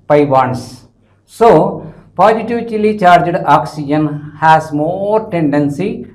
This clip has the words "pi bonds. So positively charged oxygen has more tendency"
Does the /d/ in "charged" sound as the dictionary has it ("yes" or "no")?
yes